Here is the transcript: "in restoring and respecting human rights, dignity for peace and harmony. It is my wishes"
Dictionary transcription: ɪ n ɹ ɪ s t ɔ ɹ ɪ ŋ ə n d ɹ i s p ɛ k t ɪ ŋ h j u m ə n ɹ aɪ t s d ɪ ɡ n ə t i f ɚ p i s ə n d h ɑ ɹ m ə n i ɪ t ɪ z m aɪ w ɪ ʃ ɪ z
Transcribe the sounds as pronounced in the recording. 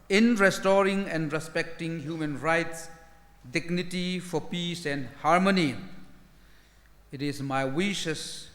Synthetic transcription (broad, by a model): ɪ n ɹ ɪ s t ɔ ɹ ɪ ŋ ə n d ɹ i s p ɛ k t ɪ ŋ h j u m ə n ɹ aɪ t s d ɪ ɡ n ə t i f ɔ p i s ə n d h ɑ ɹ m ə n i ɪ t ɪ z m aɪ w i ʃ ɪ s